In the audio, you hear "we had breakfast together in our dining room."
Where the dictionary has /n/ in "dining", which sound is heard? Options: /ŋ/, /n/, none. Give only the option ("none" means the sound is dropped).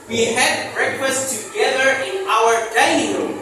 none